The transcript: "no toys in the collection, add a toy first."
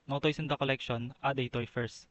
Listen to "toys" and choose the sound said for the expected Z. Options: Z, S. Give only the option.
S